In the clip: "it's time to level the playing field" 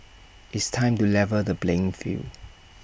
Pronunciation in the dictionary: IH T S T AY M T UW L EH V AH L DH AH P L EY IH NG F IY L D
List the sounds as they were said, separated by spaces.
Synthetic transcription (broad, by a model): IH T S T AY M T UW L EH V AH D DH AH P L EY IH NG F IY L